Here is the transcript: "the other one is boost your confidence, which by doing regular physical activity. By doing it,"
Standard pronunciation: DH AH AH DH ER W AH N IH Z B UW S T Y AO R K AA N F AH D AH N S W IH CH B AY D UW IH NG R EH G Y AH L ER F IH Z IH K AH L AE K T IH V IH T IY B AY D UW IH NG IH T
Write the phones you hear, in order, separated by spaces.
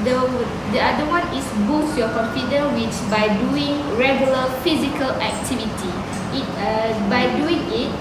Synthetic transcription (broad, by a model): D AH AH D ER W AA N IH S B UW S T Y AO K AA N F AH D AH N W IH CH B AY D UW IH NG R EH G Y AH L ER F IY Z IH K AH L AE K T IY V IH T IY B AY D UW IH NG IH T